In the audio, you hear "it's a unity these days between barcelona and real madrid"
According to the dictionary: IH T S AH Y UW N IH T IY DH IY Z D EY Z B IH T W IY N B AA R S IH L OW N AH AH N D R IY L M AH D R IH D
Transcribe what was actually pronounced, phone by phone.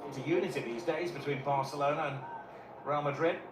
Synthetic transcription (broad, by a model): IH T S AH Y UW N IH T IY DH IY Z D EY Z B IH T W IY N B AA R S IH L OW N AH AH N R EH L M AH D R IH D